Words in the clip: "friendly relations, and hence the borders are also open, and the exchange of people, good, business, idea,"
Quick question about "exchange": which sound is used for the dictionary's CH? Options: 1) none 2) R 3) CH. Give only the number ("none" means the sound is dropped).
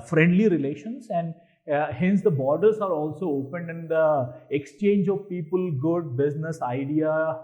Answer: 3